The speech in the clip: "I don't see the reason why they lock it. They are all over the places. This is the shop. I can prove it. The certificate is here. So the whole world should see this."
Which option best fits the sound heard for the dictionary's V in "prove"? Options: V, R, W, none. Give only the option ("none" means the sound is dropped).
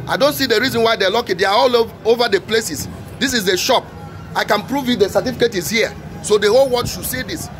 V